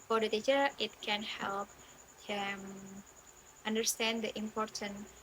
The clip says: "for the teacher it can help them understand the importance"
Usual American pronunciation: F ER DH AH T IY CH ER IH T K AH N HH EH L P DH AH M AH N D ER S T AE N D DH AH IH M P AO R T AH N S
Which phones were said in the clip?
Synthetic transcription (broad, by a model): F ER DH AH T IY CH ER IH T K AH N HH EH L P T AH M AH N D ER S T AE N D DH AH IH M P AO R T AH N